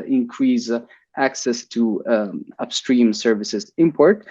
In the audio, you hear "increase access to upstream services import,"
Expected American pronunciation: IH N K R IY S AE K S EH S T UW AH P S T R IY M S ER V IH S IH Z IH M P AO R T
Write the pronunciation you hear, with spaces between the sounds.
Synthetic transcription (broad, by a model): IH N K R IY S AE K S EH S T UW AH P S T R IY M S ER V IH S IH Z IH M P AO R T